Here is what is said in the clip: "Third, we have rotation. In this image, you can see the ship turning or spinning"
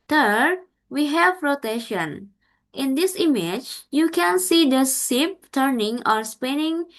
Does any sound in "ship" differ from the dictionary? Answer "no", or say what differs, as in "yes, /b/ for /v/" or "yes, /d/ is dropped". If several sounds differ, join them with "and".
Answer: yes, /s/ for /ʃ/